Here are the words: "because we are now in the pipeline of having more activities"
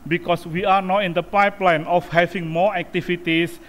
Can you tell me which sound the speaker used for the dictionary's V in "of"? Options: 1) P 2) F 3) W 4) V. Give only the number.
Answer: 2